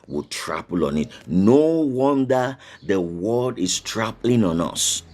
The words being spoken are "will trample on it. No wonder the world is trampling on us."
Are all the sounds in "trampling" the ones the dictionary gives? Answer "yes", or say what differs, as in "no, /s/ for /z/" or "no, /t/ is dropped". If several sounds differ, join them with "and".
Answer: no, /m/ is dropped